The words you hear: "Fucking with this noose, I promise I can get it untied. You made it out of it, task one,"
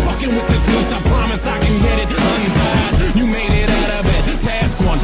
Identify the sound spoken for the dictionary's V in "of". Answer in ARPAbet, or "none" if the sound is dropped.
B